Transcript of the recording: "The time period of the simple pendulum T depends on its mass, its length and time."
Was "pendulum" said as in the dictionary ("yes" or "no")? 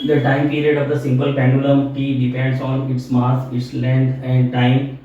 no